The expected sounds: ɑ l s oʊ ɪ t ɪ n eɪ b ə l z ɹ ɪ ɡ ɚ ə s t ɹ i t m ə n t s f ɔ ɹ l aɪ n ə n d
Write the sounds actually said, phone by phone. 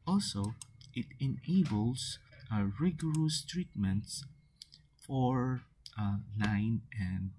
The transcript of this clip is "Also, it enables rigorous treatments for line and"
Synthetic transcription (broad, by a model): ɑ l s oʊ ɪ t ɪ n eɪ b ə l s ɹ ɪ ɡ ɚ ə s t ɹ i t m ə n t s f ɔ ɹ n aɪ n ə n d